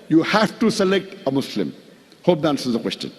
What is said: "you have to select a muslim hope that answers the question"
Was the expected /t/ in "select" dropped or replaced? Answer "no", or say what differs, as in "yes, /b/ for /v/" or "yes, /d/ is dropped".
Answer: no